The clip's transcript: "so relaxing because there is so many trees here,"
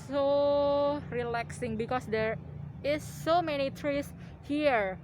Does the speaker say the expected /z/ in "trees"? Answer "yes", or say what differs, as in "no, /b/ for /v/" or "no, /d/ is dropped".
no, /s/ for /z/